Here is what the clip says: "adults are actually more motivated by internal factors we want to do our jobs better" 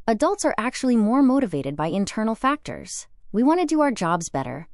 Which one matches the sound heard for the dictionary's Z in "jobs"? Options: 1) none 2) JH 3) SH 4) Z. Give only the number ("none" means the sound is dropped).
4